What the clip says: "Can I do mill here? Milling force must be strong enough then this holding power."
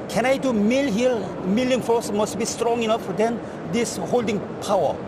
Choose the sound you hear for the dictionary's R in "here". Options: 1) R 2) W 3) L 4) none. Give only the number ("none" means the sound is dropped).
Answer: 3